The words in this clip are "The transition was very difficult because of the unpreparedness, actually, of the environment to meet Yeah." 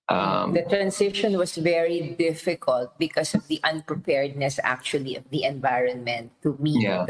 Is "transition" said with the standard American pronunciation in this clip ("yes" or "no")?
no